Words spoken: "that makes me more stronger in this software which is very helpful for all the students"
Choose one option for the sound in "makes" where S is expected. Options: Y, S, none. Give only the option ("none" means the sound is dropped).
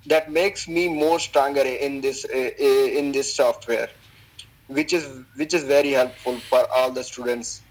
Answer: S